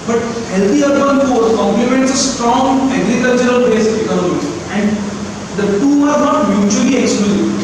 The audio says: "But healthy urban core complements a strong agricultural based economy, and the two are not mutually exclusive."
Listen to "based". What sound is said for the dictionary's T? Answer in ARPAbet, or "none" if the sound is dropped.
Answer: none